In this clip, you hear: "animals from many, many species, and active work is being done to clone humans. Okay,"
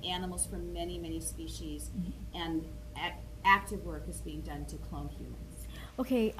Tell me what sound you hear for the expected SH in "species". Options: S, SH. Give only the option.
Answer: SH